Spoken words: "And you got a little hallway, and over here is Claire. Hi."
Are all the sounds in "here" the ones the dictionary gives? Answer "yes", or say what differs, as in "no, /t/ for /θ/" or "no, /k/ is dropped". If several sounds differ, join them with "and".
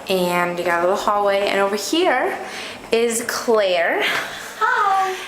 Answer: yes